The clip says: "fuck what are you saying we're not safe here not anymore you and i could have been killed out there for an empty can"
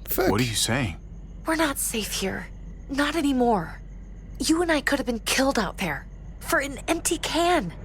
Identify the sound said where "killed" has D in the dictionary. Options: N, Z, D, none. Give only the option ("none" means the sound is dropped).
D